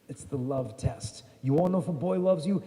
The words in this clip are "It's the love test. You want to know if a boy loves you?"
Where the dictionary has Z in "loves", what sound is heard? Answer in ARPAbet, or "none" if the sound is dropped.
Z